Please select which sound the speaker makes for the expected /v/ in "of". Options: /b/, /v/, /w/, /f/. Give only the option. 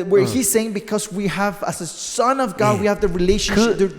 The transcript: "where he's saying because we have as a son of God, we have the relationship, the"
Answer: /v/